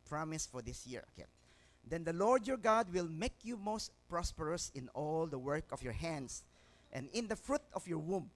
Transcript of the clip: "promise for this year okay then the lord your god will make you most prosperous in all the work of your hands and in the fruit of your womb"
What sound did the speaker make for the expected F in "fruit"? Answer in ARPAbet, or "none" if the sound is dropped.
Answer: F